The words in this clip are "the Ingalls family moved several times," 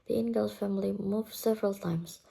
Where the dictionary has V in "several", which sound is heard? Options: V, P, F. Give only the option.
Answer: V